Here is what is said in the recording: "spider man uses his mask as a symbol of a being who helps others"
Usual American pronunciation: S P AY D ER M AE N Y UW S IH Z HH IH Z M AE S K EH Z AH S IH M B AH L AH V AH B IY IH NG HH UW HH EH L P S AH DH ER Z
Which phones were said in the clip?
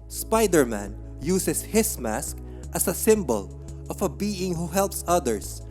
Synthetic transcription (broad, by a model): S P AY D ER M AE N Y UW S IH S HH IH S M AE S K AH S AH S IH M B AH L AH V AH B IY IH NG HH UW HH EH L P S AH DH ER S